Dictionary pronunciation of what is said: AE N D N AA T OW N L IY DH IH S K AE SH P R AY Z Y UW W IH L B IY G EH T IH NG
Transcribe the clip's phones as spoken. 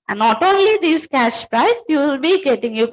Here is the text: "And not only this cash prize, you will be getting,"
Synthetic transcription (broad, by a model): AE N N AA T OW N L IY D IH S K AE SH P R AY S Y UW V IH L B IY G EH T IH NG